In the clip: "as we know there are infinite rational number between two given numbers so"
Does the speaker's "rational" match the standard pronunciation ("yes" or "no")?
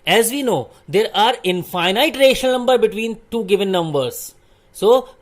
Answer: no